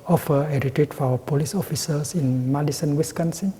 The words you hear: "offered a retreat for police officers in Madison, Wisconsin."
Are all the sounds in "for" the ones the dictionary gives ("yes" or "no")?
no